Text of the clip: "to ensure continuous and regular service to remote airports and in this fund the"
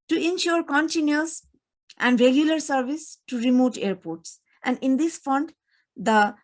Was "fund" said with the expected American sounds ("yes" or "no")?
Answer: yes